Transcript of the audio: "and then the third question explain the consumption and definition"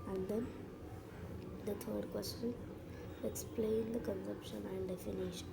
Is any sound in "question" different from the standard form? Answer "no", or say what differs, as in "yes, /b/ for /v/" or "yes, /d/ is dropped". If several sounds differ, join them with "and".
yes, /n/ is dropped